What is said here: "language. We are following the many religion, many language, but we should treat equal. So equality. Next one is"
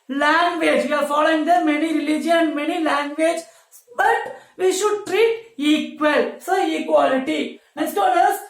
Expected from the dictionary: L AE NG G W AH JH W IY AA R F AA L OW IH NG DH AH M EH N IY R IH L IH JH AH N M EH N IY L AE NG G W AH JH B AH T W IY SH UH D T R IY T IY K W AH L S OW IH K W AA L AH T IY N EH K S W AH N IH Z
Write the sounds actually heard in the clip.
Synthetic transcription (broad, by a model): L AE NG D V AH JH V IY AA R F AA L OW IH NG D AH M EH N IY R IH L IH JH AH N M EH N IY L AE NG G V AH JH B AH T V IY SH UH D T R IY T IY K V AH L S OW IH K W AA L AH T IY N EH K S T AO L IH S